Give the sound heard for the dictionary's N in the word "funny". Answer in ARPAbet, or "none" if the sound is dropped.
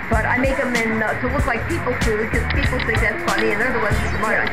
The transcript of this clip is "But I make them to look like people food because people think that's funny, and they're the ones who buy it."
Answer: L